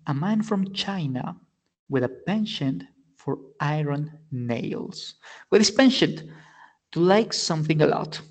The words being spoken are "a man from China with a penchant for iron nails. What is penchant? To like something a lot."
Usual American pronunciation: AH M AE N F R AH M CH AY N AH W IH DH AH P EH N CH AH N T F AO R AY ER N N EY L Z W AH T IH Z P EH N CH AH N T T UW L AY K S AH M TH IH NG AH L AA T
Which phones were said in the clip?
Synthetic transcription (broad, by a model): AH M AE N F R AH M CH AY N AH W IH DH AH P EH N SH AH N F AO R AY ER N N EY L S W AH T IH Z P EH N SH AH N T T UW L AY K S AH M TH IH NG AH L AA T